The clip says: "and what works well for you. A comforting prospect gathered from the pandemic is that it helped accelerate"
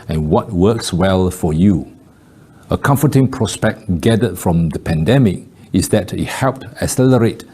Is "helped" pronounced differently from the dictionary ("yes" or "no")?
no